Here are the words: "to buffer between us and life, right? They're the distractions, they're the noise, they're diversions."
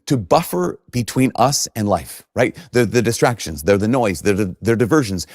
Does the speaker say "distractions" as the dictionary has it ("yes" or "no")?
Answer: yes